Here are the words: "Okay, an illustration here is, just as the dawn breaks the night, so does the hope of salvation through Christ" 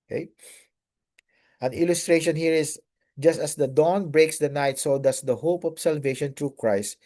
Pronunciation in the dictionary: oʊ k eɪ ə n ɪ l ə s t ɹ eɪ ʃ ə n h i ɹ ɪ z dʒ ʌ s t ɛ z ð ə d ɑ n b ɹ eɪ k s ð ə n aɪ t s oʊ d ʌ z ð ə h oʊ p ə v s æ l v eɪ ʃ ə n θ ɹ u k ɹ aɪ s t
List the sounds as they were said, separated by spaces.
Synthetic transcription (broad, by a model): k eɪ ə n ɪ l ə s t ɹ eɪ ʃ ə n h i ɹ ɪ s dʒ ʌ s t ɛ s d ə d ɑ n b ɹ eɪ k s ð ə n aɪ t s oʊ d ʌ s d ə h oʊ p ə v s æ l v eɪ ʃ ə n t ɹ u k ɹ aɪ s t